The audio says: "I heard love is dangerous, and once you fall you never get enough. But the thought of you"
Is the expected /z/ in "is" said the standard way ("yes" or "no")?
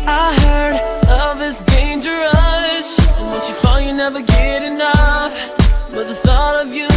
no